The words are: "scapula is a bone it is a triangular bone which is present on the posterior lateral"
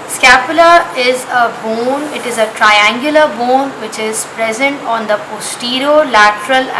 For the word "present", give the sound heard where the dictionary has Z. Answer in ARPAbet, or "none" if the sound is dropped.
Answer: Z